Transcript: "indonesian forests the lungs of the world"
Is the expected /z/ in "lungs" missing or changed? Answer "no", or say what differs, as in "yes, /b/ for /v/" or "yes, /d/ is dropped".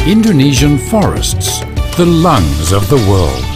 no